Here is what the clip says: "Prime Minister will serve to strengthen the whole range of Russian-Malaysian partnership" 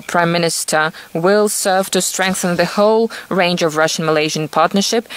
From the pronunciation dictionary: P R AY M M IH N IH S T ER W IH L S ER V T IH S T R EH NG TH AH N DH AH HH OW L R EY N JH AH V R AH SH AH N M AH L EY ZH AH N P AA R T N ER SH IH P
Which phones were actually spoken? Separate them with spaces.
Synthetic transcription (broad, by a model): P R AY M M IH N IH S T ER W IH L S ER V T IH S T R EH NG TH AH N DH AH HH OW L R EY N JH AH V R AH SH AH N M AH L EY ZH AH N P AA R T N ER SH IH P